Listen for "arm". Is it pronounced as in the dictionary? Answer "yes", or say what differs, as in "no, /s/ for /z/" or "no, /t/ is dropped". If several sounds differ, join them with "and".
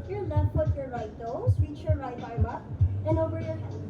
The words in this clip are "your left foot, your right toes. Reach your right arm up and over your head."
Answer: no, /m/ is dropped